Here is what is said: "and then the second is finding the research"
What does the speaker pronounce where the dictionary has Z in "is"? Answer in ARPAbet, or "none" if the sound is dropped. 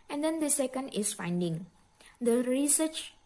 S